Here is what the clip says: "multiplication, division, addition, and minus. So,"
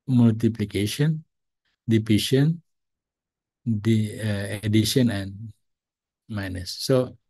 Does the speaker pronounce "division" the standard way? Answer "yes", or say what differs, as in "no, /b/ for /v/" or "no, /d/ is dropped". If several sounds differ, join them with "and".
no, /p/ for /v/ and /ʃ/ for /ʒ/